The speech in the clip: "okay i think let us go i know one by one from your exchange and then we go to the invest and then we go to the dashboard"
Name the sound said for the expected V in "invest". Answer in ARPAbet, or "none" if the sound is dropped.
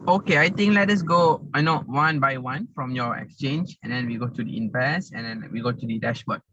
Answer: P